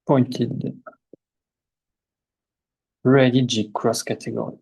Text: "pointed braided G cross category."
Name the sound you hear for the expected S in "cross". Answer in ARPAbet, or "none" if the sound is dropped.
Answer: S